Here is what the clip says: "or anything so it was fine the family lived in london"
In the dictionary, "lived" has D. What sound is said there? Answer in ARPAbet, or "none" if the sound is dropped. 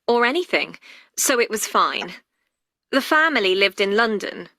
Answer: D